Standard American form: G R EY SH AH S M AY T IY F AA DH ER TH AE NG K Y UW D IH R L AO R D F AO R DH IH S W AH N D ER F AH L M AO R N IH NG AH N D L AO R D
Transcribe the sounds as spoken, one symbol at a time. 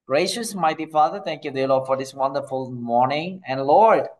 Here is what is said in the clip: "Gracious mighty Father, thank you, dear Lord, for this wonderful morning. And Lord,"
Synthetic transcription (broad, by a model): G R EY SH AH S M AY T IY F AA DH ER T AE NG K Y UW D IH L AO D F AO R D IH S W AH N D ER F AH L M AO R N IH NG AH N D L AO R D